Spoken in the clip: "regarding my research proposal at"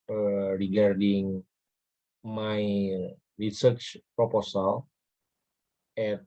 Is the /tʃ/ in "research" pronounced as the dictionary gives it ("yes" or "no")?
yes